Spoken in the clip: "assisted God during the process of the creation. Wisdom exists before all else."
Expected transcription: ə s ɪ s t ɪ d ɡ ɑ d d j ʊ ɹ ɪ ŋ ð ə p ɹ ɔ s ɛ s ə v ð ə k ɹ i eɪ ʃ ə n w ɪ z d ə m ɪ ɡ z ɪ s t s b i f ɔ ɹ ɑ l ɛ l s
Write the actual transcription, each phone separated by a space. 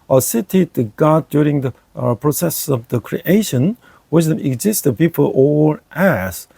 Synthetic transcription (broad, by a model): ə s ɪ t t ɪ ɡ ɑ d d j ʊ ɹ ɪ ŋ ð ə p ɹ ɔ s ɛ s ə v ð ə k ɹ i eɪ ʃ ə n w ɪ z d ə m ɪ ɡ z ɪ s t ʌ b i p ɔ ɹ ɑ l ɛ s